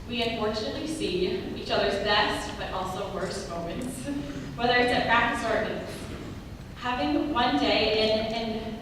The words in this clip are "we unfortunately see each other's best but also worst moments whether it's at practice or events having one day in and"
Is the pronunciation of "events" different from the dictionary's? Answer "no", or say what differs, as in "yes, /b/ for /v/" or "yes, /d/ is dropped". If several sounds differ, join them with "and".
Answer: yes, /s/ is dropped